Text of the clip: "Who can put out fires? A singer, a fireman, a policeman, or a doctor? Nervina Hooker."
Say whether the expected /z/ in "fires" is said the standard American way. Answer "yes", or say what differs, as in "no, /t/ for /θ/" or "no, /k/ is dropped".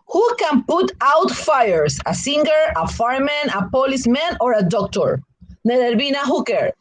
no, /s/ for /z/